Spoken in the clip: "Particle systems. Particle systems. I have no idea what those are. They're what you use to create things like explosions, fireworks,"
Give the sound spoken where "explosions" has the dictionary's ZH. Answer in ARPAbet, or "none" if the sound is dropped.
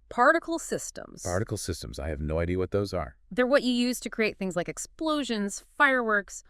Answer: ZH